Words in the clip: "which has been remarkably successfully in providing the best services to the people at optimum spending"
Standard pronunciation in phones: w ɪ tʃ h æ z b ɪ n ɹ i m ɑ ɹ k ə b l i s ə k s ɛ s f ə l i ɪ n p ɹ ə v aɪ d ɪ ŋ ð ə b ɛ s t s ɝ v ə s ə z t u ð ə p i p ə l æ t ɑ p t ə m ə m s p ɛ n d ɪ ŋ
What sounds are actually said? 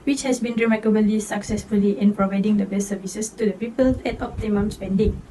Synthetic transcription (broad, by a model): w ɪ tʃ h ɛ s b ɪ n ɹ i m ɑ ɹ k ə b l i s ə k s ɛ s f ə l i ɪ n p ɹ ə v aɪ d ɪ ŋ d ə b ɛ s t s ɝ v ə s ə s t u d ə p i p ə l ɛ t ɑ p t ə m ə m s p ɛ n d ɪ ŋ